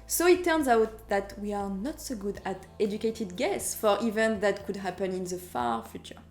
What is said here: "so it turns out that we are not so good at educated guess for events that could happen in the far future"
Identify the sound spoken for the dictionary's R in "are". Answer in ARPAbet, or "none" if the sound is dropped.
R